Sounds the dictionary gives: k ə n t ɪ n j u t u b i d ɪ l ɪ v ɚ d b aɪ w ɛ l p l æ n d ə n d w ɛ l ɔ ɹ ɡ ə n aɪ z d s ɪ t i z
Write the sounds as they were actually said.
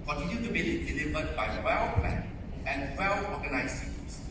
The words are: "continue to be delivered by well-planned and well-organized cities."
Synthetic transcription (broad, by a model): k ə n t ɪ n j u t u b i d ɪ l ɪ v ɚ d b aɪ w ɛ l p l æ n ə n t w ɛ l ɔ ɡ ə n aɪ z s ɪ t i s